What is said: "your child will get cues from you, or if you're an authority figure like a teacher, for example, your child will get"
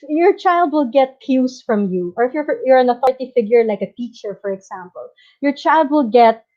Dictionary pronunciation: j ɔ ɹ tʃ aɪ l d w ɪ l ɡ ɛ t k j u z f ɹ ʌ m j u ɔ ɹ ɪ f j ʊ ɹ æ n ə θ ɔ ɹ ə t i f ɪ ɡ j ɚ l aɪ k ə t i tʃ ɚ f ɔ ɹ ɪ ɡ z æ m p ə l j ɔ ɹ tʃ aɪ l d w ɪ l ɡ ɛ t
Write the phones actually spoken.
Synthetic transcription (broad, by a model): j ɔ ɹ tʃ aɪ l d w ɪ l ɡ ɛ t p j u s f ɹ ʌ m j u ɔ ɹ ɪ f j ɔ ɹ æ n ə θ ɔ ɹ ə t i f ɪ ɡ j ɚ l aɪ k ə t i tʃ ɚ f ɔ ɹ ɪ ɡ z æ m p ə l j ɔ ɹ tʃ aɪ l d w ɪ l ɡ ɛ t